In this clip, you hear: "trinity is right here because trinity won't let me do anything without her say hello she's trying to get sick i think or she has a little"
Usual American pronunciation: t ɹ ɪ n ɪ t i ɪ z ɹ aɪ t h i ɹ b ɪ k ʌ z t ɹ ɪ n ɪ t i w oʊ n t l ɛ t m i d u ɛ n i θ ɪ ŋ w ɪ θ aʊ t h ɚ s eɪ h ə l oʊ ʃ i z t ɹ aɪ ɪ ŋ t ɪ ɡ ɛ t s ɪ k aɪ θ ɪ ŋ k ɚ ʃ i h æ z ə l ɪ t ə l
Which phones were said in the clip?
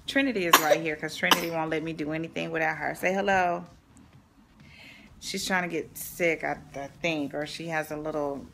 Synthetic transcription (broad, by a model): t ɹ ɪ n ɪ t i ɪ z ɹ aɪ t h i ɹ k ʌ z t ɹ ɪ n ɪ t i w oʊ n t l ɛ t m i d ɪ ɛ n i θ ɪ ŋ w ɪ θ aʊ t h ɚ s eɪ h ə l oʊ ʃ i z t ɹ aɪ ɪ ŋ t ɪ ɡ ɛ t s ɪ k aɪ θ ɪ ŋ k ɚ ʃ i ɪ z ə l ɪ t l